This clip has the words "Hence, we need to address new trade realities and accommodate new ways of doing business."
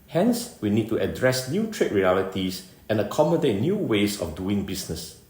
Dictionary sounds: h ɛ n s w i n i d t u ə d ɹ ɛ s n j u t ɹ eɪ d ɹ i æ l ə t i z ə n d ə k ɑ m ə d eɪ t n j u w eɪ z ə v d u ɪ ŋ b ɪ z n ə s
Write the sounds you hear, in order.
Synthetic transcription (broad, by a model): h ɛ n s w i n i d t u ə d ɹ ɛ s n j u t ɹ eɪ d ɹ i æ l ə t i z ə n ə k ɑ m ə d eɪ t n j u w eɪ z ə f d u ɪ ŋ b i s n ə s